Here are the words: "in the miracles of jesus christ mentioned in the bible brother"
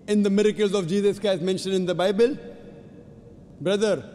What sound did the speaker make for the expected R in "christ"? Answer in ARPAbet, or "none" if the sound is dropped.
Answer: none